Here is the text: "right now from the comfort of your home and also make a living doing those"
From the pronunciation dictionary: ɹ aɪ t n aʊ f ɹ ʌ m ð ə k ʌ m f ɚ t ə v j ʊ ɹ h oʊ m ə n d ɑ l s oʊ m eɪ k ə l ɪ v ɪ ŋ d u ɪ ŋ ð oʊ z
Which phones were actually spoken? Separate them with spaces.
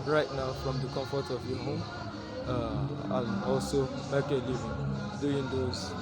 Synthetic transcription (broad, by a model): ɹ aɪ t n aʊ f ɹ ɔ m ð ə k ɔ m f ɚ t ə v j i h oʊ m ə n ɑ l s oʊ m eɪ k ə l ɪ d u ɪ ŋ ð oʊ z